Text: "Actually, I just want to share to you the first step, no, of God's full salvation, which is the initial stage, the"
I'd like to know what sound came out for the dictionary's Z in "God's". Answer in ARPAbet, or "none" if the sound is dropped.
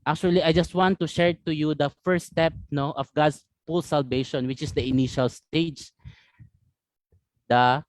S